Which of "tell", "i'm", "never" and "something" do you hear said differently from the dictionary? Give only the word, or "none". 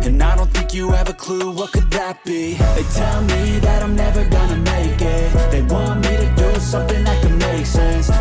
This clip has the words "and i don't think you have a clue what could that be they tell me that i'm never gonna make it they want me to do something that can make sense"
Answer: none